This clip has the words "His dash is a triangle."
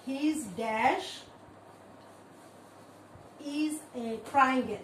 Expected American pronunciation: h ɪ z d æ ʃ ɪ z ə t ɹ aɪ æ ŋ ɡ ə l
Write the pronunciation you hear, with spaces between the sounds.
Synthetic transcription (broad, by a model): h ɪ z d æ ʃ ɪ z ə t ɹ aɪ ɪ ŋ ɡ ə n